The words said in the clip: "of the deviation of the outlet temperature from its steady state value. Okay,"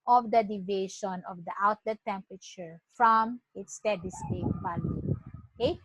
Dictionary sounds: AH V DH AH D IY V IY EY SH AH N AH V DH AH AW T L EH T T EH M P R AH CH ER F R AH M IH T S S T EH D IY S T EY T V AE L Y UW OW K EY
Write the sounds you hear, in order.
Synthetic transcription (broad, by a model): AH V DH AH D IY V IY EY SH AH N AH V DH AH AW T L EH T T EH M P R AH CH ER F R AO M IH T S S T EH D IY S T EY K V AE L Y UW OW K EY